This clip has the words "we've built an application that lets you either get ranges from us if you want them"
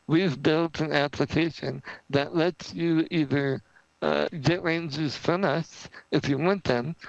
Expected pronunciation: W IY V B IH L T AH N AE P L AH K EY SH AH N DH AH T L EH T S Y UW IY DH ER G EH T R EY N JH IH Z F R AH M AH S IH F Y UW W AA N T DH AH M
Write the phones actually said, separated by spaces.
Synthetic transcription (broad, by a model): W IY V B IH L T AH N AE P L AH K EY SH AH N DH AH T L EH T S Y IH IY DH ER G EH T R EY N Z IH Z F R AH M AH S IH F Y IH W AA N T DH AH M